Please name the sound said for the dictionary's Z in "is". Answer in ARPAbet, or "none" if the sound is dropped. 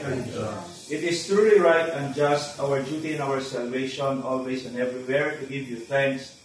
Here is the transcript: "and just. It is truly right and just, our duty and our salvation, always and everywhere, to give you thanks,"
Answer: S